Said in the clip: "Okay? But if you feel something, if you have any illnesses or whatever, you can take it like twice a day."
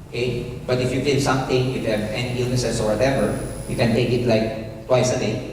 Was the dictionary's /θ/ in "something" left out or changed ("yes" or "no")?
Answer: yes